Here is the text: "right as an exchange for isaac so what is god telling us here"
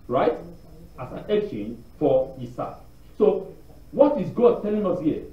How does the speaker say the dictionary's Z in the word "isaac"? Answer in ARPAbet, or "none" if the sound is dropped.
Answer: S